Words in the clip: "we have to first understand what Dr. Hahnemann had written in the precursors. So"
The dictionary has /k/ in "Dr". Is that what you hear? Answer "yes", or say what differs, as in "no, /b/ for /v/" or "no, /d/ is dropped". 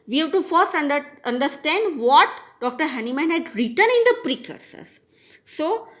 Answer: yes